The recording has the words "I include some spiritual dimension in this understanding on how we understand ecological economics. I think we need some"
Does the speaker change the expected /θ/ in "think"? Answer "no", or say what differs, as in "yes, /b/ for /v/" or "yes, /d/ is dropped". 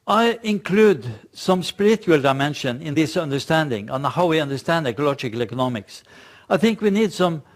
no